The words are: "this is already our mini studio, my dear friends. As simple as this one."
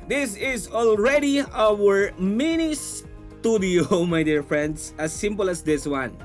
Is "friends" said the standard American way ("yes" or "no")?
no